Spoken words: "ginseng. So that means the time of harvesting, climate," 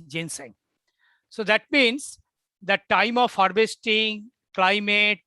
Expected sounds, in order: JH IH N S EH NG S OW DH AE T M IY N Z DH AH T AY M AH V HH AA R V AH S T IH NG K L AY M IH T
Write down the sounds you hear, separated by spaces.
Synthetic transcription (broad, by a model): JH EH N S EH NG S OW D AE T M IY N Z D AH T AY M AH V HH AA R B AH S T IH NG K L AY M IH T